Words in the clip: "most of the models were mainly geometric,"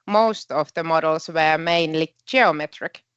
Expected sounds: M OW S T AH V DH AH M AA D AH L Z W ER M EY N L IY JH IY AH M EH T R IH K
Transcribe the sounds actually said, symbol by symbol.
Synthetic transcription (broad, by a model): M OW S T AH V DH AH M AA D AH L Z W ER M EY N L IY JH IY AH M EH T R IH K